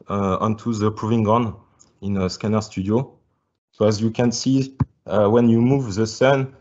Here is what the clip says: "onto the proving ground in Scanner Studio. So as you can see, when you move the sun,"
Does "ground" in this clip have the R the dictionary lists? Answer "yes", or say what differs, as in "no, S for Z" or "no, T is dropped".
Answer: no, R is dropped